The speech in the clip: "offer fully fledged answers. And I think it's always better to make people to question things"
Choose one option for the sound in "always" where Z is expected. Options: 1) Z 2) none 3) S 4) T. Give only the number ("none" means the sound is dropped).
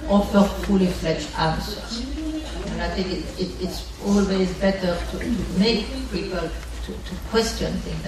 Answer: 1